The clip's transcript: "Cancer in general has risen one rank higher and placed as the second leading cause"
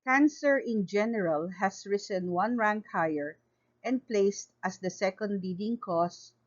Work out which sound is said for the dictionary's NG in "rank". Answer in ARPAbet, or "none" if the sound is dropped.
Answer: NG